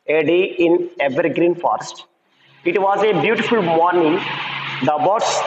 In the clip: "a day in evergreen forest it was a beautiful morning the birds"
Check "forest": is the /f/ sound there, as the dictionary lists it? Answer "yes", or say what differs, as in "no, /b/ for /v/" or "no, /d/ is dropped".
yes